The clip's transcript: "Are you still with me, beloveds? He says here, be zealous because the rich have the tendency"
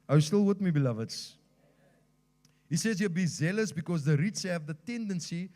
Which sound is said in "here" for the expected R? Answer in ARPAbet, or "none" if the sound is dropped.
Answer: L